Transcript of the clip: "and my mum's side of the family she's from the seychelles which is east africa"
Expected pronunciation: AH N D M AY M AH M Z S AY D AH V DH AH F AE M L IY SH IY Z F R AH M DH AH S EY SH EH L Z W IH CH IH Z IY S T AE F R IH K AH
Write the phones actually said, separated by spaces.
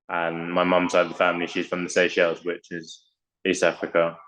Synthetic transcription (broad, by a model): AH N M AY M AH M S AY AH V DH AH F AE M L IY SH IY Z F R AH M DH AH S EY SH EH L Z W IH CH IH Z IY S T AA F R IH K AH